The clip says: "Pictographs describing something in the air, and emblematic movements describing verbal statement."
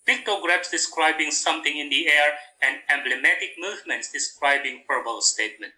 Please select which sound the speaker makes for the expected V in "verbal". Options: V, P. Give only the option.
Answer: P